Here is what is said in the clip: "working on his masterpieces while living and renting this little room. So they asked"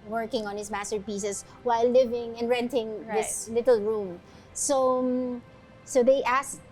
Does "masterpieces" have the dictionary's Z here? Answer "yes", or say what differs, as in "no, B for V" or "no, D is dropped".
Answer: no, S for Z